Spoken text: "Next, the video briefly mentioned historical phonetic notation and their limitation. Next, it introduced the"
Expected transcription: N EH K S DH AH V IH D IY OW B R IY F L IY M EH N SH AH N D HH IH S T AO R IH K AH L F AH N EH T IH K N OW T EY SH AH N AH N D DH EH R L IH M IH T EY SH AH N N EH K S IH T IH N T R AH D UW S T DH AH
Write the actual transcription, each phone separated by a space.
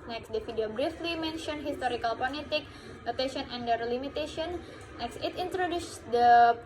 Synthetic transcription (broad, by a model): N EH K S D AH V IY D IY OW B R IY F L IY M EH N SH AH N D HH IH S T AO R IH K AH L P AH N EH T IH K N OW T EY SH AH N AH N D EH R L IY M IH T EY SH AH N N EH K S IH T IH N T R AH D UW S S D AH